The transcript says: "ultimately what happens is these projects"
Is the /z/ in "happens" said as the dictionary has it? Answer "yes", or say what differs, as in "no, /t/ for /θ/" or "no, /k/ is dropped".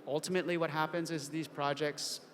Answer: yes